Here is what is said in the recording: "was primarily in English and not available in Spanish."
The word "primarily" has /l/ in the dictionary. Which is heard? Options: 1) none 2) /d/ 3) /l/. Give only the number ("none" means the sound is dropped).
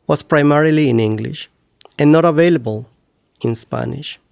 3